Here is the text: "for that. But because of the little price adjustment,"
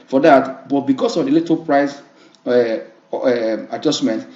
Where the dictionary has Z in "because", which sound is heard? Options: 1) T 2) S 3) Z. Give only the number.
2